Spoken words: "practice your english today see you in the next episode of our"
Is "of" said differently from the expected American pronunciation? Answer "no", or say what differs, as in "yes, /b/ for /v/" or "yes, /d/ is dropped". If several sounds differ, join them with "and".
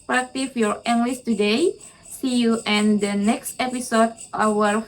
yes, /w/ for /v/